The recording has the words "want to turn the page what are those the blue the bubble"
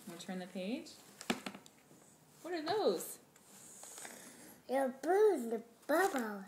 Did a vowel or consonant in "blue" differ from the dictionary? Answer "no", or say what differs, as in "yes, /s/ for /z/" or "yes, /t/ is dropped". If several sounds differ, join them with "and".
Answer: yes, /l/ is dropped